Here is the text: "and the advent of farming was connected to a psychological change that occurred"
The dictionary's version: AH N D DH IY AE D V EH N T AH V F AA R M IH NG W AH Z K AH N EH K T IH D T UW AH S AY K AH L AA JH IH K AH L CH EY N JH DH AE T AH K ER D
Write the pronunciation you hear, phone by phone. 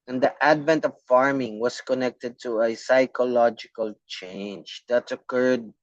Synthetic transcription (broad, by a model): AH N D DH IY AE D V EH N T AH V F AA R M IH NG W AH S K AH N EH K T IH D T UW AH S AY K AH L AA JH IH K AH L CH EY N JH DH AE T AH K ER D